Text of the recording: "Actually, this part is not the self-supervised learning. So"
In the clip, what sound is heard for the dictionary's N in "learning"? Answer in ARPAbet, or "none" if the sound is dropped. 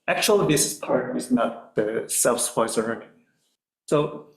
none